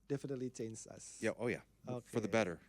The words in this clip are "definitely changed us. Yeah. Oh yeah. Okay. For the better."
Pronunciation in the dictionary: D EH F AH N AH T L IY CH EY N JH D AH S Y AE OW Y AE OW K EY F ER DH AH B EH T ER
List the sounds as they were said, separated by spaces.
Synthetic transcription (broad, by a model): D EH F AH N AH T L IY CH EY N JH AH S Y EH OW Y AE OW K EY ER DH AH B EH T ER